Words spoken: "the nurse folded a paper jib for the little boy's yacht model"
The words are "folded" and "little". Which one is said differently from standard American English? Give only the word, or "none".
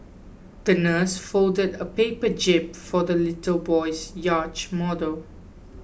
none